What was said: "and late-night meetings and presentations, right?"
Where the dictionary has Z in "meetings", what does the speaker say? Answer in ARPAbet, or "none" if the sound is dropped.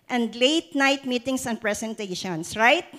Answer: S